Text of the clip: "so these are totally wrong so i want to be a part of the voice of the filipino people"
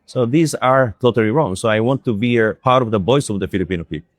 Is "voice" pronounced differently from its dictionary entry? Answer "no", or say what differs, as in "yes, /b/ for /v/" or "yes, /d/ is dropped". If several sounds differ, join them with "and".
yes, /b/ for /v/